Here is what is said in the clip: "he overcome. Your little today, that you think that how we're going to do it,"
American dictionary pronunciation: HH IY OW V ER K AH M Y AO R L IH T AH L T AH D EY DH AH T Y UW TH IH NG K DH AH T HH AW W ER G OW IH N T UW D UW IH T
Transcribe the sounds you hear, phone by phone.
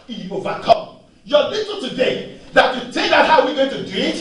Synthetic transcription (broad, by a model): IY OW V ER K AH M Y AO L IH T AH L T AH D EY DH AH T Y UW T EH K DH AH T HH AW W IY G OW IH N T UW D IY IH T